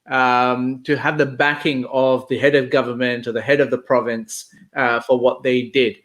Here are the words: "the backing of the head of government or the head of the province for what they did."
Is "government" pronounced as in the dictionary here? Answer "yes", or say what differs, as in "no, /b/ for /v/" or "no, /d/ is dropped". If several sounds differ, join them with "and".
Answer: yes